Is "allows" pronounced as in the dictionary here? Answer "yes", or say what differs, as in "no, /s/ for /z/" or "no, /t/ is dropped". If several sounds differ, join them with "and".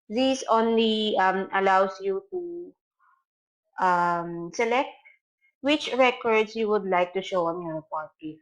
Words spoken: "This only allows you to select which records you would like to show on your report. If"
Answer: no, /s/ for /z/